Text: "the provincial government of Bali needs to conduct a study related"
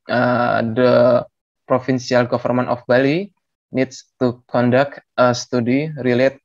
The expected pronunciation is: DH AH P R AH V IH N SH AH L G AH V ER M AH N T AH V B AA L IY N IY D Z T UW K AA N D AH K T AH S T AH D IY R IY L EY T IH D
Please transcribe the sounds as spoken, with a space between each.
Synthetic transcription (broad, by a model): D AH P R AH F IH N S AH L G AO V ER M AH N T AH F B AA L IY N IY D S T UW K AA N D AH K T AH S T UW D IY R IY L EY T